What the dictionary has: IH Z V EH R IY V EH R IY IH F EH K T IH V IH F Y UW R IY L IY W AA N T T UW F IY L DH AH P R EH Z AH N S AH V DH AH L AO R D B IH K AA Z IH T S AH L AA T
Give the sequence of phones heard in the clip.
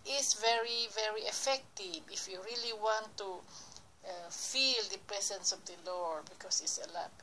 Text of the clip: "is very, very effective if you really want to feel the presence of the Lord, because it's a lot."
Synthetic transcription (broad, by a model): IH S V EH R IY V EH R IY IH F EH K T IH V IH F Y UW R IY L IY W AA N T T UW F IY L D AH P R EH S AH N S AH V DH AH L AO R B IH K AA S IH T S AH L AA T